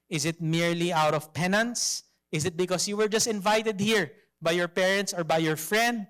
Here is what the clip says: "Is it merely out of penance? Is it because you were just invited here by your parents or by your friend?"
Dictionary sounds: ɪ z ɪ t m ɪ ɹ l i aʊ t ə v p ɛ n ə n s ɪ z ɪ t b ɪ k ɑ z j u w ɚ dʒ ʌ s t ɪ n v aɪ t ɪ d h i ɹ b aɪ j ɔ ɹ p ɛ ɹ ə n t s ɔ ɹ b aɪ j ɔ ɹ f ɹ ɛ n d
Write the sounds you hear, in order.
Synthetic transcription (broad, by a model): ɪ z ɪ t m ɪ ɹ l i aʊ t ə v p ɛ n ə n s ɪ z ɪ t b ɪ k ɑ s j u w ɚ dʒ ʌ s t ɪ n v aɪ t ɪ d h i ɹ b aɪ j ɔ ɹ p ɛ ɹ ə n t s ɔ ɹ b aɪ j ɔ ɹ f ɹ ɛ n d